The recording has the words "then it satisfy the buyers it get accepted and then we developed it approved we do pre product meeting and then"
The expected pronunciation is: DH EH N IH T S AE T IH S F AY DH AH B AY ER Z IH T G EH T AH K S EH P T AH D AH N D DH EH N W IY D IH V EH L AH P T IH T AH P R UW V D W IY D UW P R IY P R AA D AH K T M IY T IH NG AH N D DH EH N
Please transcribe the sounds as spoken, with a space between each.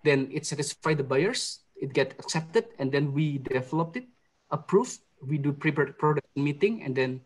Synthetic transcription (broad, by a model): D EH N IH T S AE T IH S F AY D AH B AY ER S IH T G EH T AH K S EH P T AH D AH N D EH N W IY D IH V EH L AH P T IH T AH P R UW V W IY D UW P R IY P R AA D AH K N M IY T IH NG AH N D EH N